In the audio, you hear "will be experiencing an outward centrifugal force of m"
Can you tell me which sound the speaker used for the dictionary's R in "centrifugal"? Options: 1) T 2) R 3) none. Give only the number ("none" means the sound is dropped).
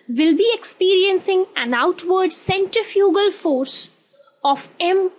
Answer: 3